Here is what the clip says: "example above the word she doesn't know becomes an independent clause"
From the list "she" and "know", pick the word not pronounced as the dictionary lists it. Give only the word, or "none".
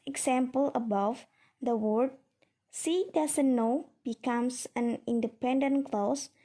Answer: she